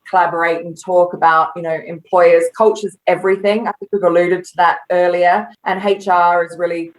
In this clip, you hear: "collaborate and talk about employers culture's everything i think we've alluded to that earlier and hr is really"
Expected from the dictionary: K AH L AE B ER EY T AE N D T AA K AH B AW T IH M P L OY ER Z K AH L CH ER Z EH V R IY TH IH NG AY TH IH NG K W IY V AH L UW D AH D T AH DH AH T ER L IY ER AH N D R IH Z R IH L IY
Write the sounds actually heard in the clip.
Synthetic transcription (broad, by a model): K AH L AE B ER EY T N T AA K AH B AW T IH M P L OY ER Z K AH L CH ER Z EH V R IY TH IH NG AY TH IH NG K W IY V AH L UW D AH D T AH DH AH T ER L IY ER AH N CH R IH Z R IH L IY